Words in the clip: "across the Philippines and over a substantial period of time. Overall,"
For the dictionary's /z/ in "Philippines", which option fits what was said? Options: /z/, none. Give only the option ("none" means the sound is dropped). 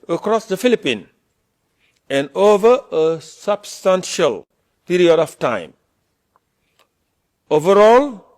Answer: none